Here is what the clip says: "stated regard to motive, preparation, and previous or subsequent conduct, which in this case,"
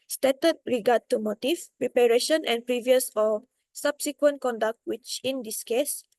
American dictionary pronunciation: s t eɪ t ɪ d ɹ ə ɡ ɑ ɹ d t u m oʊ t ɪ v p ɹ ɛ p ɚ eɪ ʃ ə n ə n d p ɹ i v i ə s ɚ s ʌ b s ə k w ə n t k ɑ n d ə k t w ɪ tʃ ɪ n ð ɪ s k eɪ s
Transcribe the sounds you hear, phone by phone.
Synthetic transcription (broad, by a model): s t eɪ t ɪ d ɹ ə ɡ ɑ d t u m oʊ t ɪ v p ɹ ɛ p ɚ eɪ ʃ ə n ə n p ɹ i v i ə s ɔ s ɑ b s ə k w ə n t k ɑ n d ə k t w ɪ tʃ ɪ n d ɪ s k eɪ s